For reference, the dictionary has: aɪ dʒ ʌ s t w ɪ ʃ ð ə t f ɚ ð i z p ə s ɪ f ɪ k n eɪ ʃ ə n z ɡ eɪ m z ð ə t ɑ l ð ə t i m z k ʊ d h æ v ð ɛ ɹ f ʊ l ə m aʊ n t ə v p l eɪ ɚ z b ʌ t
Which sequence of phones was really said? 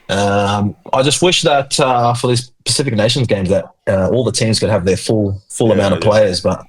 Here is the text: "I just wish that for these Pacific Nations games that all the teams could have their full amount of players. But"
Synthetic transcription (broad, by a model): aɪ dʒ ʌ s t w ɪ ʃ ð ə t f ɚ ð i z p ə s ɪ f ɪ k n eɪ ʃ n z ɡ eɪ m z ð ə t ɑ l ð ə t i m z k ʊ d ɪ v ð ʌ ɹ f ʊ l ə m aʊ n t ə v p l eɪ ɚ z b ʌ t